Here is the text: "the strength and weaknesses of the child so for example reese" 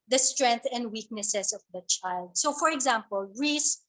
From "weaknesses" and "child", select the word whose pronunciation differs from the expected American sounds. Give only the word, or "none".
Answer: weaknesses